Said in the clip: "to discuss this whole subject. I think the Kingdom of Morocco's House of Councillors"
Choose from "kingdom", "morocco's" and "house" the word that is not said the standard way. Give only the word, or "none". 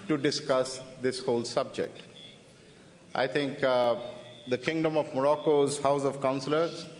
none